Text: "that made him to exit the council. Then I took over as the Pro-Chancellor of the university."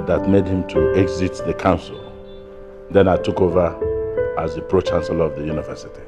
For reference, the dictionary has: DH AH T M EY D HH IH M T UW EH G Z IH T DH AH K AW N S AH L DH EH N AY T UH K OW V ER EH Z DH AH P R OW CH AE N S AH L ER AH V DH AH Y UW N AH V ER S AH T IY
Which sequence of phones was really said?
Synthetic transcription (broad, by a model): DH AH T M EY D HH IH M T UW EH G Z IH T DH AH K AW N S AH L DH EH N AY T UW K OW V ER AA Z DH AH P R OW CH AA N S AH L AH V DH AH Y UW N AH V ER S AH T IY